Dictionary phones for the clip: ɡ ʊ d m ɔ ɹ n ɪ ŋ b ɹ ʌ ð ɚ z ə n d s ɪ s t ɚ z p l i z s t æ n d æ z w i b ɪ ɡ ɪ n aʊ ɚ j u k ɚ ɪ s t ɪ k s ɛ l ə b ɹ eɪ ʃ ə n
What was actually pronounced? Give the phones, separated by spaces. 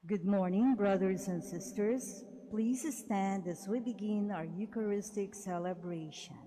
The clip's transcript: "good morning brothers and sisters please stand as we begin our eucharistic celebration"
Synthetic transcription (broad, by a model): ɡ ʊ d m ɔ ɹ n ɪ ŋ b ɹ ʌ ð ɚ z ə n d s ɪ s t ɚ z p l i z s t æ n d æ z w i b ɪ ɡ ɪ n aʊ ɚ j u k ɚ ɪ s t ɪ k s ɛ l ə b ɹ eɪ ʃ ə n